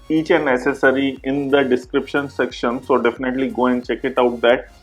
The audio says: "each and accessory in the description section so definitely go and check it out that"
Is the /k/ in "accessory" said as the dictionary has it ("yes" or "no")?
no